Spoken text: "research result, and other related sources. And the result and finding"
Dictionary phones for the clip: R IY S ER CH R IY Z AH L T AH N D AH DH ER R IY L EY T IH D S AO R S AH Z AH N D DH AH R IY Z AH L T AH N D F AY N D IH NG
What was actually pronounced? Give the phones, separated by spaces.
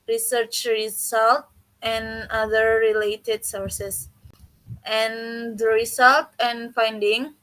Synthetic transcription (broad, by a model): R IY S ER CH R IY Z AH L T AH N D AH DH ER R IY L EY T IH D S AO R S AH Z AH N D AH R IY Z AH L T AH N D F AY N D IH NG